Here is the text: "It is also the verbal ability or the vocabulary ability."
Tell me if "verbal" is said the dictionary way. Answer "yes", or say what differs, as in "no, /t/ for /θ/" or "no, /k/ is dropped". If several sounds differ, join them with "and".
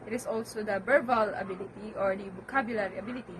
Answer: no, /b/ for /v/